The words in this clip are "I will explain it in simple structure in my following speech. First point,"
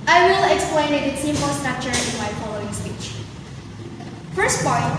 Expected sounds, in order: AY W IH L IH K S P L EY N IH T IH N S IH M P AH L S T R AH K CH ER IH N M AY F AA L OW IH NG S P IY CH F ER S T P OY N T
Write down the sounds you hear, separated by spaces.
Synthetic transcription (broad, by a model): AY W IH L IH K S P L EY N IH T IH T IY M AH S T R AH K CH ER IH N M AY F AA L OW IH NG S P IY CH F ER S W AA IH